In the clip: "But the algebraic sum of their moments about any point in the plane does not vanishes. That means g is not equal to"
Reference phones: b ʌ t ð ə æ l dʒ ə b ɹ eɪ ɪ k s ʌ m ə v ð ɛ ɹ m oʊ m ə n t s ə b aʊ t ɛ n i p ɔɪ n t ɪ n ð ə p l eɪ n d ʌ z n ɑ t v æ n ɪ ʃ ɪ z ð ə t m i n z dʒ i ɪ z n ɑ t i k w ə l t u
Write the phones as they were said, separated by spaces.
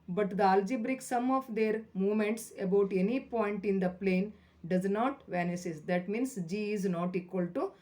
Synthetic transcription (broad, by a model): b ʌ t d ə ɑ l dʒ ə b ɹ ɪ k s ʌ m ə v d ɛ ɹ m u m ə n t s ə b aʊ t ɛ n i p ɔɪ n t ɪ n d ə p l eɪ n d ʌ z n ɑ t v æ n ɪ s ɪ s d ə t m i n s dʒ i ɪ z n ɑ t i k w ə l t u